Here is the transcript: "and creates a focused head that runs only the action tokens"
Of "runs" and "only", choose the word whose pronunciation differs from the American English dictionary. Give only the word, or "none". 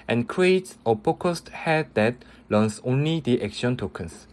runs